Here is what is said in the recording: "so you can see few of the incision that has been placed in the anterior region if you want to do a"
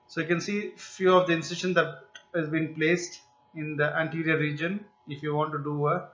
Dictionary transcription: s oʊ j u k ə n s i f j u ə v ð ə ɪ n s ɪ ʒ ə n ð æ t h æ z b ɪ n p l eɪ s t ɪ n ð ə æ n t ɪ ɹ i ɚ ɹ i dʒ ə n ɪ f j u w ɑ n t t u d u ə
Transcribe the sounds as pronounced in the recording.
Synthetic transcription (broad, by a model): s oʊ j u k ə n s i f j u ə v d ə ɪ n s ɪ ʃ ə n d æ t h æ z b ɪ n p l eɪ s t ɪ n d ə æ n t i ɹ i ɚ ɹ i dʒ ə n ɪ f j u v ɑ n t t u d u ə